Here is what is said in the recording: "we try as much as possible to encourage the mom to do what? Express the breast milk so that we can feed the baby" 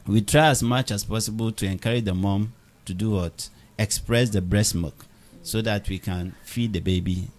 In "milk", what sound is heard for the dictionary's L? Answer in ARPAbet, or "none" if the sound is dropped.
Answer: none